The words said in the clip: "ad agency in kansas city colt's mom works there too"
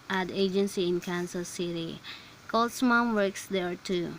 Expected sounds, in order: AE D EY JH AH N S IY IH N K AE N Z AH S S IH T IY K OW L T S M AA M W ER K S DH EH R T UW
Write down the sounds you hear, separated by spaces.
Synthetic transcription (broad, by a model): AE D EY JH AH N S IY IH N K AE N S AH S S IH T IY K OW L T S M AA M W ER K S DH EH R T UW